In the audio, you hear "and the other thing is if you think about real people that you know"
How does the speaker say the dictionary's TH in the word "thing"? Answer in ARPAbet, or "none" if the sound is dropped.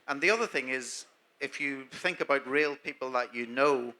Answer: TH